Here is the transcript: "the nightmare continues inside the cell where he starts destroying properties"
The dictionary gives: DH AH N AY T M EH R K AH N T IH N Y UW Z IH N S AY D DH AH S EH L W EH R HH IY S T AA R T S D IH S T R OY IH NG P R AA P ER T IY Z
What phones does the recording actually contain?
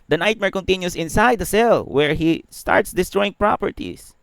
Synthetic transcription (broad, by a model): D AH N AY T M EH R K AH N T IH N Y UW S IH N S AY D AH S EH L W EH R HH IY S T AA R T S D IH S T R OY IH NG P R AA P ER T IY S